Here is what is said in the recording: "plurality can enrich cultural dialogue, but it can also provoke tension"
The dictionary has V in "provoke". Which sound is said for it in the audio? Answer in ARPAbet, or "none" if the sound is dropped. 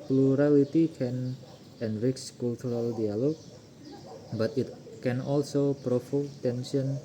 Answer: F